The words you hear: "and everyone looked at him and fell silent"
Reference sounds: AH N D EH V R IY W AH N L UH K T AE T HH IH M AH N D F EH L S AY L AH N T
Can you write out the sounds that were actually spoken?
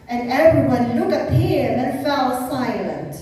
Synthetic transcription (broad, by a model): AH N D EH V R IY W AH N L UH K AH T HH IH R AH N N F EH L S AY L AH N T